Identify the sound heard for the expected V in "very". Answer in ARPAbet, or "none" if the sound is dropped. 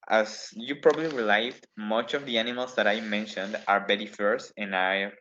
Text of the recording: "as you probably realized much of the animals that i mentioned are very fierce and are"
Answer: B